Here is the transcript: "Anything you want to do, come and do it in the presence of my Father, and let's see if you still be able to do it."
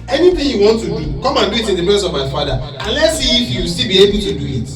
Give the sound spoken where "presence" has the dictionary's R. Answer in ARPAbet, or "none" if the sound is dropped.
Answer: none